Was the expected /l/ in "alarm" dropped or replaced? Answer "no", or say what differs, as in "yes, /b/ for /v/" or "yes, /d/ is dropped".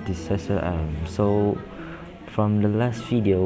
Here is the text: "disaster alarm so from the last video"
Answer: yes, /l/ is dropped